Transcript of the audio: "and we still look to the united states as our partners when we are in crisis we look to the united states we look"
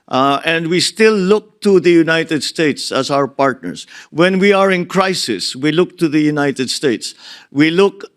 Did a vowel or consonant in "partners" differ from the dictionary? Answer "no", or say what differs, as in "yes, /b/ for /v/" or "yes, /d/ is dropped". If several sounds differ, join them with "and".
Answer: yes, /s/ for /z/